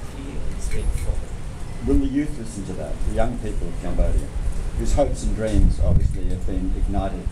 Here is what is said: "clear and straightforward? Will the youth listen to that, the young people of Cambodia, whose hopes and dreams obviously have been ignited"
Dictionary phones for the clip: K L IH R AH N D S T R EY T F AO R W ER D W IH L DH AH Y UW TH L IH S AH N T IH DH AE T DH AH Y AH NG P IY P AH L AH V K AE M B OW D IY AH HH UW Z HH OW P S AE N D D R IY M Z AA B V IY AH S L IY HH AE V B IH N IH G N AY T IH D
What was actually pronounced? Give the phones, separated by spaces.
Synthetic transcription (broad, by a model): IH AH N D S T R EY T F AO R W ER W IH L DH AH Y UW TH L IH S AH N T IH DH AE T DH AH Y AH NG P IY P AH L AH V K AE M B OW D IY AH HH UW Z HH OW P S N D D R IY M Z AA B V IY AH S L IY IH V B IH N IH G N AY T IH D